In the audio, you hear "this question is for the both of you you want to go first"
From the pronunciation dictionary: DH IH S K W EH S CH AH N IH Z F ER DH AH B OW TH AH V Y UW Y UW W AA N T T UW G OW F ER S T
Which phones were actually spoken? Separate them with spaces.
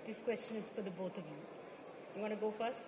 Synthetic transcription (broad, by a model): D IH S K W EH S CH AH N IH Z F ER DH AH B OW T AH V Y UW Y UW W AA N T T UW G OW F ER S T